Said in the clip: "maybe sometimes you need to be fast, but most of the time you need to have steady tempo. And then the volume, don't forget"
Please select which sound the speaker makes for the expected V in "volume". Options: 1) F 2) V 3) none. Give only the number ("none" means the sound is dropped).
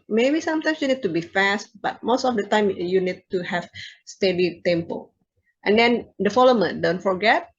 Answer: 1